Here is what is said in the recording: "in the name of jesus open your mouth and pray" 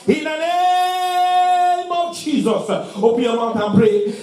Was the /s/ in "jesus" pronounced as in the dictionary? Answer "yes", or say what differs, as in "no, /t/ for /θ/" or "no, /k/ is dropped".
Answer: yes